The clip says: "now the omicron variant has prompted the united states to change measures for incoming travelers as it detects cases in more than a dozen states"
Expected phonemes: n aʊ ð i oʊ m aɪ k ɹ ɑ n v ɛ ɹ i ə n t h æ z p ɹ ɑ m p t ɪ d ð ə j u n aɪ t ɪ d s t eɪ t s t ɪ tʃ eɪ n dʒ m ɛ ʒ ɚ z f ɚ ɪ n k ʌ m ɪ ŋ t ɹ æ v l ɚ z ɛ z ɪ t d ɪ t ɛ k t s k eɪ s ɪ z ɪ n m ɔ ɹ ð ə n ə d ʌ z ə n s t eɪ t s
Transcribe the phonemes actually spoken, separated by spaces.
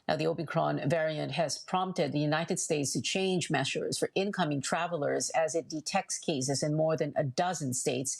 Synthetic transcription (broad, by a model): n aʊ ð i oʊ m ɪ k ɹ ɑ n v ɛ ɹ i ə n t h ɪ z p ɹ ɑ m p t ɪ d ð ə j u n aɪ t ɪ d s t eɪ t s t ɪ tʃ eɪ n dʒ m ɛ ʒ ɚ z f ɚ ɪ n k ʌ m ɪ ŋ t ɹ æ v l ɚ z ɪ z ɪ t d ɪ t ɛ k t s k eɪ s ɪ z ɪ n m ɔ ɹ ð ə n ə d ʌ z ə n s t eɪ t s